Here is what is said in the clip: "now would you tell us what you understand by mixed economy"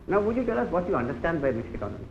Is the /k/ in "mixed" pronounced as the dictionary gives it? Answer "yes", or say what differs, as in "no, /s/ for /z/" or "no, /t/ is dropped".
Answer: no, /k/ is dropped